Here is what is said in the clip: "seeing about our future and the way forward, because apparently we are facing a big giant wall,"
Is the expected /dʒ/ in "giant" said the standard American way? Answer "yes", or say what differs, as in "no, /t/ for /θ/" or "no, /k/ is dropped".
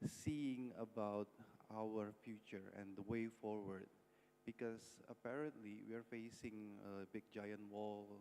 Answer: yes